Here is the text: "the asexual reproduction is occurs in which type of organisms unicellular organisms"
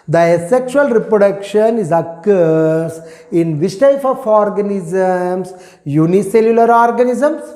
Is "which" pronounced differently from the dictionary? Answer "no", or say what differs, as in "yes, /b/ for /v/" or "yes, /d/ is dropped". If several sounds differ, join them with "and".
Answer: yes, /s/ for /tʃ/